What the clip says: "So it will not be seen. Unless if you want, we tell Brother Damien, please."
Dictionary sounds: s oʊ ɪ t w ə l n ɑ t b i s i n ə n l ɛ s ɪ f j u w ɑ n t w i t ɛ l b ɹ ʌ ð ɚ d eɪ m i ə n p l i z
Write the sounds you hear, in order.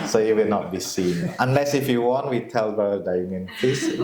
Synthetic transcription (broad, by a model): s oʊ ɪ t w ə l n ɑ t b i s i n ə n l ɛ s ɪ f j u w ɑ n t w i t ɛ l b ʌ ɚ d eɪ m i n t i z